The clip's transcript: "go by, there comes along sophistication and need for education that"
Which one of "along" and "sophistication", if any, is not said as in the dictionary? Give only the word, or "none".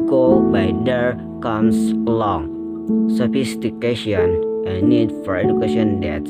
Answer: sophistication